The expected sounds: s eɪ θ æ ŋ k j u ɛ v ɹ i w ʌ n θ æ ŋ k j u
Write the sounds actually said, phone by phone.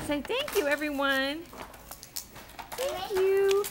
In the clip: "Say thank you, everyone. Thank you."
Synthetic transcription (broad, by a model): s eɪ θ æ ŋ k j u ɛ v ɹ i w ʌ n θ æ ŋ k j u